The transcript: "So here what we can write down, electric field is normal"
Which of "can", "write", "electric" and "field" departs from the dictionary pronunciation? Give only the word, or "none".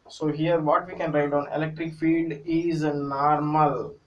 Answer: field